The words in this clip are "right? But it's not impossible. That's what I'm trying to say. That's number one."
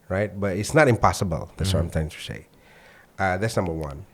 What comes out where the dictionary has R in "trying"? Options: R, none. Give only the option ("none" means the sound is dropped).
none